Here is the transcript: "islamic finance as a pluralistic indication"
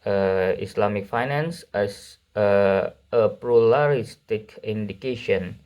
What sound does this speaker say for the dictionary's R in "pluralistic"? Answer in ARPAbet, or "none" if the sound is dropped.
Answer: L